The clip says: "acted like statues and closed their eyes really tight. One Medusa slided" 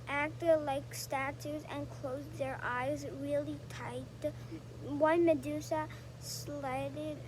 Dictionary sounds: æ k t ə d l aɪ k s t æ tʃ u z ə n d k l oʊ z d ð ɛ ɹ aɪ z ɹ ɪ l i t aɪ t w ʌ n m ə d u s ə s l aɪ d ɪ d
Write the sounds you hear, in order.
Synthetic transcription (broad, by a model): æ k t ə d l aɪ k s t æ tʃ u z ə n k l oʊ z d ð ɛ ɹ aɪ z ɹ ɪ l i t aɪ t w ʌ n m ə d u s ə s l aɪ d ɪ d